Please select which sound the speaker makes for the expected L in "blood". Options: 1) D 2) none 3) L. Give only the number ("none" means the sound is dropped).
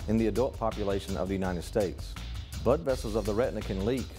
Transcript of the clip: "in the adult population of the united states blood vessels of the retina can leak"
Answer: 2